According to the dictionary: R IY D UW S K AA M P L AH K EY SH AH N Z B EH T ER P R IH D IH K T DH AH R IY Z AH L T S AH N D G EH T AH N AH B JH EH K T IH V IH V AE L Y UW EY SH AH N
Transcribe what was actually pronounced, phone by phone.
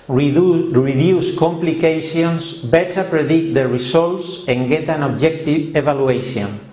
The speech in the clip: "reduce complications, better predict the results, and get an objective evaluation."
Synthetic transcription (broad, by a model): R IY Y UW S K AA M P L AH K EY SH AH N S B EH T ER P R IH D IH K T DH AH R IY S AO L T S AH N G EH T AH N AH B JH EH K T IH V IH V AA L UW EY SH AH N